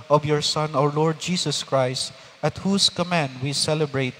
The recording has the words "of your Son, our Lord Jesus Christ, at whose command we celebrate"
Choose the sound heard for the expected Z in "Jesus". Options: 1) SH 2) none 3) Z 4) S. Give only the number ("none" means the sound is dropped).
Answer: 4